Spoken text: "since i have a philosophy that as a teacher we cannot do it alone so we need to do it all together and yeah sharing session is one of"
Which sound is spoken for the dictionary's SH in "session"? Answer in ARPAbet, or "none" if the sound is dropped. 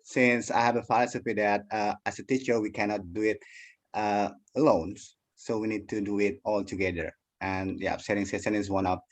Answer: S